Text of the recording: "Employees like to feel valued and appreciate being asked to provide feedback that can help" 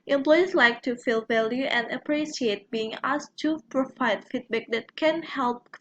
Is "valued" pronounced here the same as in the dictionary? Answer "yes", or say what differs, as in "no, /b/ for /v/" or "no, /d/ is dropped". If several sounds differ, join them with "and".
no, /d/ is dropped